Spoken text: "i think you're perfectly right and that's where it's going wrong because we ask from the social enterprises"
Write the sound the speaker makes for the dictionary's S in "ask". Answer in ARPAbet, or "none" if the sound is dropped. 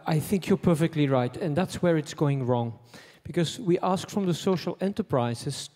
S